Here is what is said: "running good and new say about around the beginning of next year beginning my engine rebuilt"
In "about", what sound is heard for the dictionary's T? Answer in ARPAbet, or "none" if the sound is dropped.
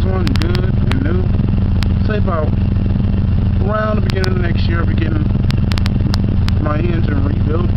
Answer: none